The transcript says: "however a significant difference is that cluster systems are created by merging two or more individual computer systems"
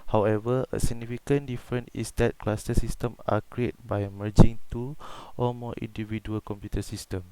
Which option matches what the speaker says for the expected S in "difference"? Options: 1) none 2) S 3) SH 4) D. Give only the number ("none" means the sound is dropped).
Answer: 1